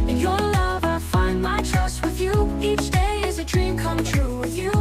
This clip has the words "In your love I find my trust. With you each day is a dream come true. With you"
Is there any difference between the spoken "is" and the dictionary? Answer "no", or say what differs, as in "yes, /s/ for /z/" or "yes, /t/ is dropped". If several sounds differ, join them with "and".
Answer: no